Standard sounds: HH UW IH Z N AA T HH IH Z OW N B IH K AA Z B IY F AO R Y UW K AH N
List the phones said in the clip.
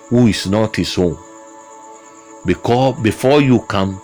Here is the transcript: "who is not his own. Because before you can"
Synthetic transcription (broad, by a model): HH UW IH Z N AA T HH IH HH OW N B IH K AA B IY F AO Y UW K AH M